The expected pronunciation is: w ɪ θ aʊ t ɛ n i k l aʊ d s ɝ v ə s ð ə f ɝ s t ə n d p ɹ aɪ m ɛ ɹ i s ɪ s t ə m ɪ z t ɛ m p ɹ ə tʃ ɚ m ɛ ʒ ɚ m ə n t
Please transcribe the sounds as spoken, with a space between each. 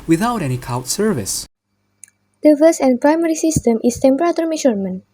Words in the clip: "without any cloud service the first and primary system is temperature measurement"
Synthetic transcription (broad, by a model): w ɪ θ aʊ t ɛ n i k aʊ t s ɝ v ə s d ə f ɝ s ə n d p ɹ aɪ m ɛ ɹ i s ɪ s t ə m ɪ s t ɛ m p ɹ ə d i m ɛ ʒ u m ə n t